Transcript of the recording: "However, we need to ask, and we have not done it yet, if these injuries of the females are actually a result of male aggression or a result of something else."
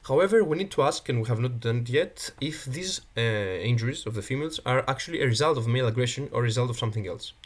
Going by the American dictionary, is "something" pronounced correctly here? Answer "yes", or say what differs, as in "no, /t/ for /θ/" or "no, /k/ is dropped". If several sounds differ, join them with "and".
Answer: yes